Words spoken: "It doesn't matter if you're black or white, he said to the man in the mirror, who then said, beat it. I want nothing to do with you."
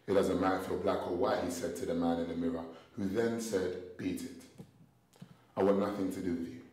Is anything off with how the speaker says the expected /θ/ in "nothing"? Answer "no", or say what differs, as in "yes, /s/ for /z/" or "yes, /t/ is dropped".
no